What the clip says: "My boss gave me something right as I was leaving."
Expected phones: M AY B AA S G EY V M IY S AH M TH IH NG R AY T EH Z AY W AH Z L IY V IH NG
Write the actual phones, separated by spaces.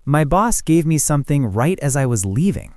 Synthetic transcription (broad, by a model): M AY B AA S G EY V M IY S AH M TH IH NG R AY T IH Z AY W AH Z L IY V IH NG